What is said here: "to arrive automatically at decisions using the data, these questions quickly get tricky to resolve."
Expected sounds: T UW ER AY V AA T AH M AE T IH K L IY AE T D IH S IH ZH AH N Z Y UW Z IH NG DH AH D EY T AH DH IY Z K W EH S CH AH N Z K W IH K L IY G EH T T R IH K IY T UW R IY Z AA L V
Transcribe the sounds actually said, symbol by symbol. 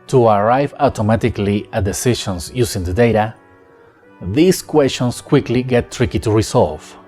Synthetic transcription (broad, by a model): T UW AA AY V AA T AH M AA T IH K L IY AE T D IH S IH SH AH N S Y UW S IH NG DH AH D EY T AH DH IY S K W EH S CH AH N S K W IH K L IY G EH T T R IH K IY T UW R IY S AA L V